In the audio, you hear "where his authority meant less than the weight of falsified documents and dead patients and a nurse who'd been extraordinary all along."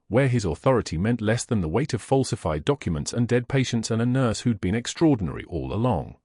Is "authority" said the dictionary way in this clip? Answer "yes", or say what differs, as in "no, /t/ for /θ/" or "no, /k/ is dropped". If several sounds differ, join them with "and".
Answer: yes